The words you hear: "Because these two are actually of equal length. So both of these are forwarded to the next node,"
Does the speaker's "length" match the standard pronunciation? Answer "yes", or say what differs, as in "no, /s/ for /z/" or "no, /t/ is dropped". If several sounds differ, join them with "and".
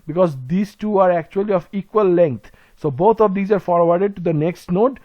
no, /t/ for /θ/